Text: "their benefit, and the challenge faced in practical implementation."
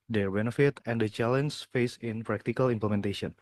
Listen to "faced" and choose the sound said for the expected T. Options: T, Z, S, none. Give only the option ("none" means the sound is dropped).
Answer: none